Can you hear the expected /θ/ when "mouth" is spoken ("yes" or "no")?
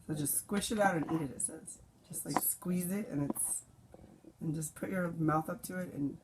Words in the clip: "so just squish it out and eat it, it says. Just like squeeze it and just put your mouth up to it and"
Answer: yes